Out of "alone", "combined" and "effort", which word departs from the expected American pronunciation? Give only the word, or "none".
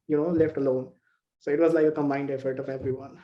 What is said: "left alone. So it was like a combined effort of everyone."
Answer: combined